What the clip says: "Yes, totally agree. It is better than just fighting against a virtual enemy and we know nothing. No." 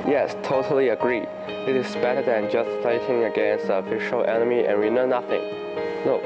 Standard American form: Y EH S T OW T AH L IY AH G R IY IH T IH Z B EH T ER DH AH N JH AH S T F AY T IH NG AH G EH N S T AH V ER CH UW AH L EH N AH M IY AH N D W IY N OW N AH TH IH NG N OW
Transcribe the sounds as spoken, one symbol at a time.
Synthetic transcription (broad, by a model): Y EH S T OW T AH L IY AH G R IY IH T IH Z B EH T ER DH AH N JH AH S T F AY T IH NG AH G EH N S T AH F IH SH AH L EH N AH M IY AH N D W IY N OW N AH TH IH NG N OW